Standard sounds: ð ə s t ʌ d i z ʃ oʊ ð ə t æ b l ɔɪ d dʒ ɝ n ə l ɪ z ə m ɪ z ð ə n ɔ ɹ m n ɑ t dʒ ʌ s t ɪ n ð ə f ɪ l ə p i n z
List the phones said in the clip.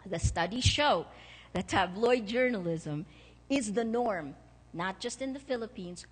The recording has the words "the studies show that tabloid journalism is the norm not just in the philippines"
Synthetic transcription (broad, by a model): ð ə s t ʌ d i ʃ oʊ ð ə t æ b l ɔɪ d dʒ ɝ n ə l ɪ z ə m ɪ z ð ə n ɔ ɹ m n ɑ t dʒ ʌ s t ɪ n ð ə f ɪ l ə p i n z